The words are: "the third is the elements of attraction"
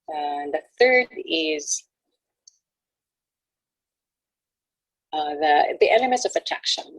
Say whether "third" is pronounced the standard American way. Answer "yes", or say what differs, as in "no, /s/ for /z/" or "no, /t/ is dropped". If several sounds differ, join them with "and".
yes